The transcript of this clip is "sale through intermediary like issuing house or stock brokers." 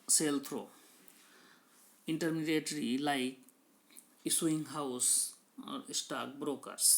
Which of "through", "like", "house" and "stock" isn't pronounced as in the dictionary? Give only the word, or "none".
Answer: through